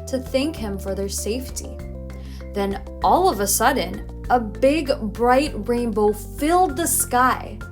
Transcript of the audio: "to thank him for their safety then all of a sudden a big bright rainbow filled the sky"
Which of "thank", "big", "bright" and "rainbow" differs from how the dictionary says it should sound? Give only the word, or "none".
none